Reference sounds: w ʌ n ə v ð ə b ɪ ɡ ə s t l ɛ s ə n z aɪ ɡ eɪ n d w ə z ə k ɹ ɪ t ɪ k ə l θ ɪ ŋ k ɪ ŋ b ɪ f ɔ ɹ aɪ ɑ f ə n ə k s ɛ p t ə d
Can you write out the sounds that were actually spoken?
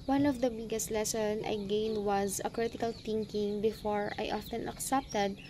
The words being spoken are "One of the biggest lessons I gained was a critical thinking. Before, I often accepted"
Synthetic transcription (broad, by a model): w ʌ n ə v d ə b ɪ ɡ ə s t l ɛ s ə n aɪ ɡ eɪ n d w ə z ə k ɹ ɪ t ɪ k ə l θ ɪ ŋ k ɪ ŋ b ɪ f ɔ ɹ aɪ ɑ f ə n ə k s ɛ p t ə d